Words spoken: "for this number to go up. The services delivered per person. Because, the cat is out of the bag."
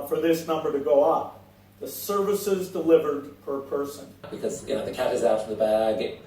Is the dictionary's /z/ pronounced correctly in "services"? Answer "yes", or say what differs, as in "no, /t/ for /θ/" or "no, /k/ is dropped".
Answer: yes